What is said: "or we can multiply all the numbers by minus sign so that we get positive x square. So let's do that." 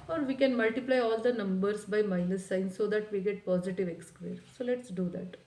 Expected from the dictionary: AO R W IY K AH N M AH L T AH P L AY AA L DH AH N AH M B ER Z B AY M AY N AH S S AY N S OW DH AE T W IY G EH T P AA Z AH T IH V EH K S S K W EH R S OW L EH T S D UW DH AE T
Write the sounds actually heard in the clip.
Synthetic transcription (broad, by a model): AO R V IY K AH N M AH L T AH P L AY AA L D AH N AH M B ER S B AY M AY L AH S S AY N S OW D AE T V IY G EH T P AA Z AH T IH V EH K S S K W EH R S OW L EH T S D UW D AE T